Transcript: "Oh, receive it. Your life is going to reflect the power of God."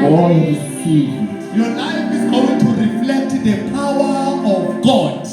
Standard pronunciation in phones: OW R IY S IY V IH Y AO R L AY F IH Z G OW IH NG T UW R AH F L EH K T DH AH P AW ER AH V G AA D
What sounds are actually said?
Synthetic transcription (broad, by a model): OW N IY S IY IH Y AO L AY F IH Z G OW IH NG T UW R AH F L EH K T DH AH P AW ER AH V G AA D